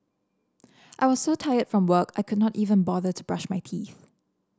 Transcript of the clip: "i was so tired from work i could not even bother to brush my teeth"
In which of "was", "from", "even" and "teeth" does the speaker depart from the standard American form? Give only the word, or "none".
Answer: none